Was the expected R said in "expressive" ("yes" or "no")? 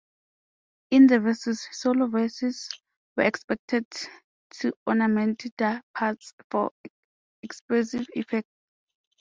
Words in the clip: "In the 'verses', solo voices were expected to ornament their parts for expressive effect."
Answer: no